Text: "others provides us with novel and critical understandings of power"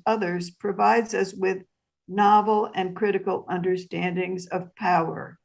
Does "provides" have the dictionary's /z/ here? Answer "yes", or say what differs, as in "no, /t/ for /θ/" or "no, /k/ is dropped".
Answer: yes